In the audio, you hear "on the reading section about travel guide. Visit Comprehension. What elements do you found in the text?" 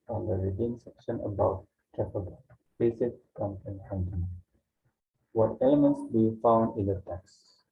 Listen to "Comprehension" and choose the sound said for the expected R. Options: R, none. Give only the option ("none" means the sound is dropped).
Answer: none